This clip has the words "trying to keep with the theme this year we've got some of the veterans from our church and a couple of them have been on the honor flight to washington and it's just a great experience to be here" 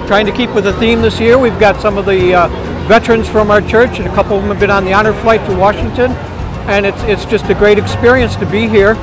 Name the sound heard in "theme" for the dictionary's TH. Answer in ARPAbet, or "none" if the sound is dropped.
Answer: TH